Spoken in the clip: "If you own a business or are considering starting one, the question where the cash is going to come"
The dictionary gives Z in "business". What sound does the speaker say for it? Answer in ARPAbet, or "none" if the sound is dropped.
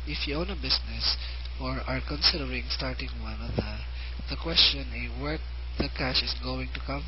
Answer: S